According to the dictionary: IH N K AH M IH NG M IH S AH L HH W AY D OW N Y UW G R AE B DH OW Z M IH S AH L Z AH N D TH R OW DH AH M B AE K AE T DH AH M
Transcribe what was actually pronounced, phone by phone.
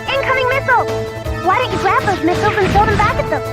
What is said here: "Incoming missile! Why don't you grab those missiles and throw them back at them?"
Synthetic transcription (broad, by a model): IH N K AH M IH NG M IH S L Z W AY D OW N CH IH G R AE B DH OW Z M IH S L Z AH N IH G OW DH AH M B AE K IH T DH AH M